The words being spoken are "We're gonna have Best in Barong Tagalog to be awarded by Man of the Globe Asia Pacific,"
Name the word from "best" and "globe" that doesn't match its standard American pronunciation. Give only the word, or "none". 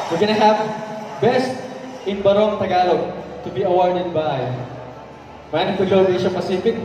globe